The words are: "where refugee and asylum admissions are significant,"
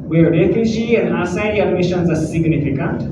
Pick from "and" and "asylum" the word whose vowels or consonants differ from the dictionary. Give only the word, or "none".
asylum